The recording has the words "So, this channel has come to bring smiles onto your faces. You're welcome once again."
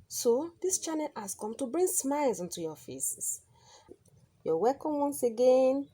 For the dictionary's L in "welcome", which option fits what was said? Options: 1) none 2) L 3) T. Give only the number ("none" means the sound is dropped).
1